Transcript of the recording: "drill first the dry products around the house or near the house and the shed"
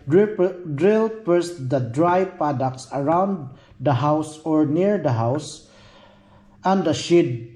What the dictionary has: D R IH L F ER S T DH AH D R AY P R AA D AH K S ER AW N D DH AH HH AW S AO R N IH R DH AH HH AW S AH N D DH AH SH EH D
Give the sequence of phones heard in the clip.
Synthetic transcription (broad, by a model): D R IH L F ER S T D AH D R AY P AA D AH K S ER AW N D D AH HH AW S AO R N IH R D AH HH AW S AH N D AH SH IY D